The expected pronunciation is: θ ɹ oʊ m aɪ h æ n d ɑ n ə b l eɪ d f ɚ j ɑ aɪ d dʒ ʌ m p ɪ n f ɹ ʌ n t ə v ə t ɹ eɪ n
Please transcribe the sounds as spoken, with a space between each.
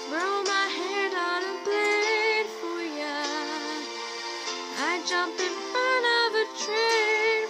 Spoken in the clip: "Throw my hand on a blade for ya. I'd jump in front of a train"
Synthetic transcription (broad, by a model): ɹ oʊ m aɪ h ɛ d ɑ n ə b l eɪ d f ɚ j ɑ aɪ dʒ ʌ m p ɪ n f ɹ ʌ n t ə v ə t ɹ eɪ